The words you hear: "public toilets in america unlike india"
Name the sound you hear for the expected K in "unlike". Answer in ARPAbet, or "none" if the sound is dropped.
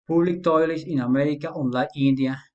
none